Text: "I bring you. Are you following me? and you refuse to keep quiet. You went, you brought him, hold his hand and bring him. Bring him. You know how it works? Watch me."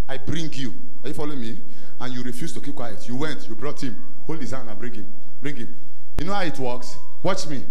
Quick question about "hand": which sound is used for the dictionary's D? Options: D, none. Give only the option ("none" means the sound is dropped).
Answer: none